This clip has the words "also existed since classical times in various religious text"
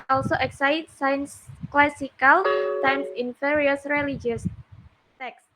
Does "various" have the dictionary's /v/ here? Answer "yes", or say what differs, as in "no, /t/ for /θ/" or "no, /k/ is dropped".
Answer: no, /f/ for /v/